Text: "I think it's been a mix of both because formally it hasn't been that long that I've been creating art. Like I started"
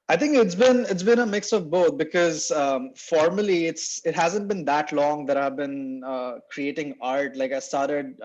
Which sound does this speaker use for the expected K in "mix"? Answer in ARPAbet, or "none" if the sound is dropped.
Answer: K